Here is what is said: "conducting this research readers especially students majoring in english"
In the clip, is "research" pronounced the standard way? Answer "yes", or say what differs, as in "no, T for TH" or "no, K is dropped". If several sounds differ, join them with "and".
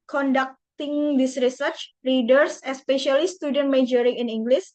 yes